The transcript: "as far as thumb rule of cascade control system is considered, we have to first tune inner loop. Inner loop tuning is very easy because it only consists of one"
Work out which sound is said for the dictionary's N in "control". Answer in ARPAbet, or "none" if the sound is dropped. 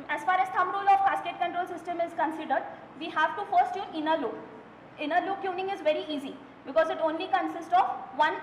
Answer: N